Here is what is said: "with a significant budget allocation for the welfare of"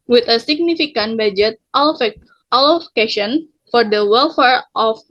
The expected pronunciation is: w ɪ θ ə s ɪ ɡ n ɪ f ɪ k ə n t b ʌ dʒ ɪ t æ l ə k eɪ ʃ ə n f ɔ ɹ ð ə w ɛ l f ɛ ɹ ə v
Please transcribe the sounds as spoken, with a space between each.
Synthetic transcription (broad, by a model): w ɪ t ə s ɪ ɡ n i f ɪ k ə n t b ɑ dʒ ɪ t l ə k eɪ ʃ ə n f ɔ ɹ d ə w ɛ l f ɛ ɹ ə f